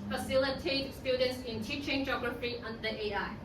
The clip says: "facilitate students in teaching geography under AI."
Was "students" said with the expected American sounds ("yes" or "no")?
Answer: yes